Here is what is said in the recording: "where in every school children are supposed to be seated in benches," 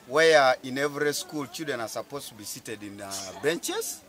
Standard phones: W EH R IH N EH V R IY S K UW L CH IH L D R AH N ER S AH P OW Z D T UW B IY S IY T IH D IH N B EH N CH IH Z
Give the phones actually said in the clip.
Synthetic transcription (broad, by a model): W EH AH IH N EH V R IY S K UW L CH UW D AH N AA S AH P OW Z T UW B IY S IY T IH D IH N B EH N CH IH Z